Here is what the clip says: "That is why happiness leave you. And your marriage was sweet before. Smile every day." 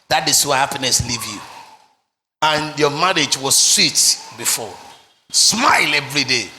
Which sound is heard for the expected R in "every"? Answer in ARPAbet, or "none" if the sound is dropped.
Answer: R